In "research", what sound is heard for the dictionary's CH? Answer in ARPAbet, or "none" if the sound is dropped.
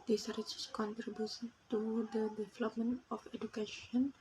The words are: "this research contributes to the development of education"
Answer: S